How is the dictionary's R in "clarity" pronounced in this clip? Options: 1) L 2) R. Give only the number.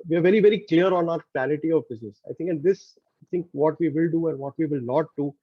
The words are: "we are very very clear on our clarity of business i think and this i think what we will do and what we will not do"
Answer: 1